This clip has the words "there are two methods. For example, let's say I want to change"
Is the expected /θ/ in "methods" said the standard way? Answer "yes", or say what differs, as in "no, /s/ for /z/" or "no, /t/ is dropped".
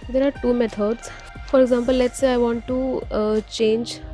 no, /t/ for /θ/